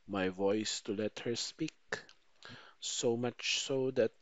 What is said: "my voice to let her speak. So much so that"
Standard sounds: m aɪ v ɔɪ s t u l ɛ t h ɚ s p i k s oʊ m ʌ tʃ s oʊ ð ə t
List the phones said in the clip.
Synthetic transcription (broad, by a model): m aɪ v ɔɪ s t u l ɛ t h ɚ s p i k s oʊ m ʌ tʃ s oʊ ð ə t